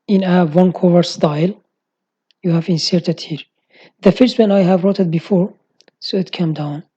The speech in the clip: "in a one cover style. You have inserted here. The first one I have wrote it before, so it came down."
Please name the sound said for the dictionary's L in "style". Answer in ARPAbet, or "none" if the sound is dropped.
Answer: L